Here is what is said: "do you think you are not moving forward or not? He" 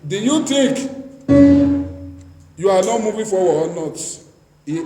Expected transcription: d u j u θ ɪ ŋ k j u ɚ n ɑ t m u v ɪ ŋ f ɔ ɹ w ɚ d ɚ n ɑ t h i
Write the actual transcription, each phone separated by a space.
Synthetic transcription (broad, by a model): d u j u t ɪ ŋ k j u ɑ n ɑ t m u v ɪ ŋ f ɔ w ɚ ɔ n ɑ t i